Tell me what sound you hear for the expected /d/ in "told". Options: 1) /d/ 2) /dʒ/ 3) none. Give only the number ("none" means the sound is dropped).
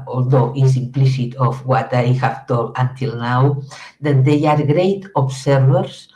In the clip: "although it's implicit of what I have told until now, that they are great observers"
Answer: 3